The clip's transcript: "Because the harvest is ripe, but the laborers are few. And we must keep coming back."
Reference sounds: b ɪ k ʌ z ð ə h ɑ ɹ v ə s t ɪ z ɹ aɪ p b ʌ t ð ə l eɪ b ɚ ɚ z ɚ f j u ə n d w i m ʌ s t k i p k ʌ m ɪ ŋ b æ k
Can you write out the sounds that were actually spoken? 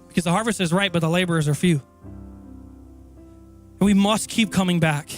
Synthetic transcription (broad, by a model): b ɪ k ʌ z ð ə h ɑ ɹ v ə s t ɪ z ɹ aɪ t b ʌ t ð ə l eɪ b ɚ ɚ z ɚ f j u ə n w i m ʌ s t k i p k ʌ m ɪ ŋ b æ k